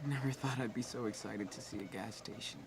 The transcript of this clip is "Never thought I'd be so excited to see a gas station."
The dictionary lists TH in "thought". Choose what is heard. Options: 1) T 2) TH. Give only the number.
2